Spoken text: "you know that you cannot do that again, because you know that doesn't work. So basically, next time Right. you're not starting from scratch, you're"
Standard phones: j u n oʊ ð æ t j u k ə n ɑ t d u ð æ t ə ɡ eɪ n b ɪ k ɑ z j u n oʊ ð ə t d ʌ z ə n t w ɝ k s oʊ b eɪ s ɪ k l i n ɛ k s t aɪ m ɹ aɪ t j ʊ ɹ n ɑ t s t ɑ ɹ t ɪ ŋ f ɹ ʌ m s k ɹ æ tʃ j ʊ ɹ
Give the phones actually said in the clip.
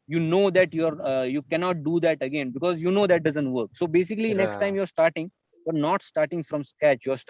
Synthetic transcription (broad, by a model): j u n oʊ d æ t j u k ə n ɑ t d u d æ t ə ɡ eɪ n b ɪ k ɑ z j u n oʊ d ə t d ʌ z ə n t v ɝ k s oʊ b eɪ s ɪ k l i n ɛ k s t aɪ m ɹ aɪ t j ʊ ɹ n ɑ t s t ɑ ɹ t ɪ ŋ f ɹ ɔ m s k æ tʃ j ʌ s